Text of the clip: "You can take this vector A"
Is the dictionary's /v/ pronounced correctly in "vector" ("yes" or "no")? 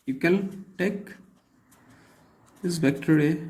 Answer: no